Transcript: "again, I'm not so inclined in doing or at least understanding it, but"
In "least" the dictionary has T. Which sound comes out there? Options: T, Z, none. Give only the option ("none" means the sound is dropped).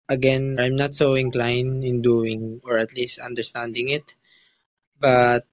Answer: T